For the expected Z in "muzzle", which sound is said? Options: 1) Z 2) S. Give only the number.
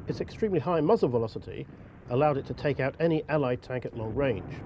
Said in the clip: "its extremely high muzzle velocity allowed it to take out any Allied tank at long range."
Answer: 1